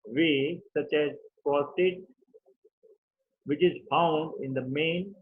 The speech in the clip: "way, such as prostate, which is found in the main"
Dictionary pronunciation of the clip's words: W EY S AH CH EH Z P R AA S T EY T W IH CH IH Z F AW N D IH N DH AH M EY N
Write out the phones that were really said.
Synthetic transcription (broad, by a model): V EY S AH CH EH Z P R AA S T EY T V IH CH IH Z F AW N D IH N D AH M EY N